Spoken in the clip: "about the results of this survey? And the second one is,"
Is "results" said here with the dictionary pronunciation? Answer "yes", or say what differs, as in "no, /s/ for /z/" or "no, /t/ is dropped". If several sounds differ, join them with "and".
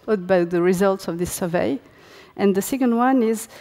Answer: yes